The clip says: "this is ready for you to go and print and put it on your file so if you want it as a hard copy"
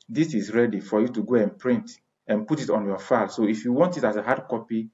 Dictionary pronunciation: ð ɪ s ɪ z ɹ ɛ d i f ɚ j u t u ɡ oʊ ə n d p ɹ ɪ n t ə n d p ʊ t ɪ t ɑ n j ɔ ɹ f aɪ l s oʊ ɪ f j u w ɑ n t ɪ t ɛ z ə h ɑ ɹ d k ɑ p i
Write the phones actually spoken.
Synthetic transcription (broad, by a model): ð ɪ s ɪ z ɹ ɛ d i f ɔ j u t u ɡ oʊ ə n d p ɹ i n t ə n p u t ɪ t ɑ n j ɔ f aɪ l s oʊ ɪ f j u w ɑ n t ɪ t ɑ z ə h ɑ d k ɑ p i